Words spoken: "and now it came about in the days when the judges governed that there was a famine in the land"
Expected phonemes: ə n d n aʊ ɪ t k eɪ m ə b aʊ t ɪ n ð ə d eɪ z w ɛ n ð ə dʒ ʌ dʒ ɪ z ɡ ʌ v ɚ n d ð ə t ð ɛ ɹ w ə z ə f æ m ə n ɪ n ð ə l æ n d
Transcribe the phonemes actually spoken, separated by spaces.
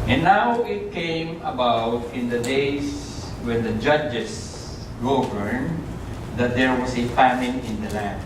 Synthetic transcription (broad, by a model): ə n n aʊ ɪ t k eɪ m ə b aʊ t ɪ n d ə d eɪ s w ɛ n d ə dʒ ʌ dʒ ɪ s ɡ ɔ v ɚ n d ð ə t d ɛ ɹ w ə s ə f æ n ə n ɪ n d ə l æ n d